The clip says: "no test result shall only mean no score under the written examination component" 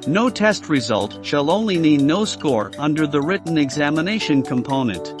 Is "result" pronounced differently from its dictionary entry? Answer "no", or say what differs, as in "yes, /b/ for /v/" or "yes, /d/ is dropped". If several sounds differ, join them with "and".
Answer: no